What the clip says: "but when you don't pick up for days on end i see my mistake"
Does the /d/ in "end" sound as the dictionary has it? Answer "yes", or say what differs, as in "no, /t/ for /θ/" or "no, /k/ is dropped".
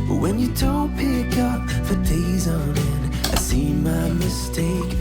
no, /d/ is dropped